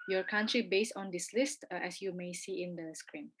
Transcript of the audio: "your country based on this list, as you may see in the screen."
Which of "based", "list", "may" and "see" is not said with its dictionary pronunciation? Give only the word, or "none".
none